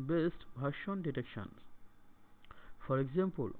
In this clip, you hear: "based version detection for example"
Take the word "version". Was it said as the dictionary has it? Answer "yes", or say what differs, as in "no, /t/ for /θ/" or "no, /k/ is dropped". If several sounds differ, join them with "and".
no, /b/ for /v/ and /ʃ/ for /ʒ/